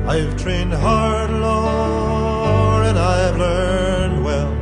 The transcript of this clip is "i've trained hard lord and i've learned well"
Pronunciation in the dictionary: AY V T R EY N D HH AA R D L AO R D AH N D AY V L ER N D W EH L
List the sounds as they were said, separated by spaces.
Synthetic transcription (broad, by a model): AY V T R EY N D HH AA R D L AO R AH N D AY V L ER N D W EH L